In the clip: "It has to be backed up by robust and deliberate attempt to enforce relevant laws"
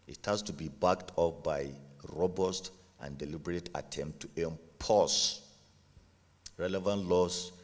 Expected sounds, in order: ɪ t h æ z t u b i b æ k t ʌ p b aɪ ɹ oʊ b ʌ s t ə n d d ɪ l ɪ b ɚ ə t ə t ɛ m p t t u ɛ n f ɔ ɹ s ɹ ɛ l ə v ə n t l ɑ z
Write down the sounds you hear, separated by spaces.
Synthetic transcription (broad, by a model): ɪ t h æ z t u b i b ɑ k t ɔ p b aɪ ɹ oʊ b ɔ s t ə n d d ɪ l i b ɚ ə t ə t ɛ m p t t u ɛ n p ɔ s ɹ ɛ l ə v ə n t l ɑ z